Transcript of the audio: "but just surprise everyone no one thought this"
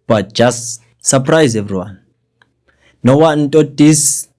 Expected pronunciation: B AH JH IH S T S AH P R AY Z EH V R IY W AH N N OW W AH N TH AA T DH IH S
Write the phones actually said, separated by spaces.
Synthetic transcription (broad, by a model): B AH JH IH S T S AH P R AY Z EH V R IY W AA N N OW W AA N T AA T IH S